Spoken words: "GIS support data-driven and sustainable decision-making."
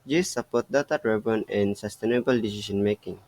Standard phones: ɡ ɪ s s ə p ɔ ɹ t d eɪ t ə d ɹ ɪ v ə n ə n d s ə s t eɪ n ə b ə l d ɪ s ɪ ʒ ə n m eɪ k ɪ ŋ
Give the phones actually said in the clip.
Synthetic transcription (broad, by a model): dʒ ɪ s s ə p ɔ t d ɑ t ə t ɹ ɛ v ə n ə n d s ə s t eɪ n ə b ə l d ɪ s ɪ s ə n m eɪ k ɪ ŋ